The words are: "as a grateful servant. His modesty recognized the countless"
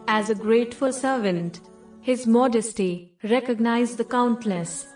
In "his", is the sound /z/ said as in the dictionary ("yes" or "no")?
yes